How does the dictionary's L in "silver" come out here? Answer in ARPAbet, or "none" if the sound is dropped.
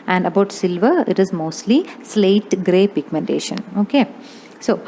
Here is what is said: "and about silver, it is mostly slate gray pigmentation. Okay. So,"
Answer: L